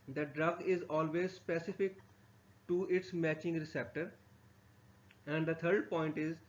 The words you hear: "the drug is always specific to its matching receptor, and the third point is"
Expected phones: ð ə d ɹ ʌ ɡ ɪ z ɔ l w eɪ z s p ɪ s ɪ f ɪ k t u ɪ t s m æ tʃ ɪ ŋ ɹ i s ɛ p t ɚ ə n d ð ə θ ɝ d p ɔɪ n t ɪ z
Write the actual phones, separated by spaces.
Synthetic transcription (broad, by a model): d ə d ɹ ʌ ɡ ɪ z ɔ l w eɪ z s p ɪ s ɪ f ɪ k t u ɪ t s m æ tʃ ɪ ŋ ɹ i s ɛ p t ɚ ə n d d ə t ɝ d p ɔɪ n t ɪ z